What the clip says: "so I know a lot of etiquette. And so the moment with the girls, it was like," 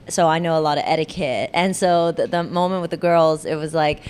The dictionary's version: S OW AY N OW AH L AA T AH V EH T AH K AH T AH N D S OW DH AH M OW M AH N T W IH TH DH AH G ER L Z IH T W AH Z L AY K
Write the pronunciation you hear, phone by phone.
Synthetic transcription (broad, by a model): S OW AY N OW AH L AA T AH V EH T AH K AH T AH N S OW DH AH M OW M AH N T W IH DH AH G ER L Z IH T W AH Z L AY K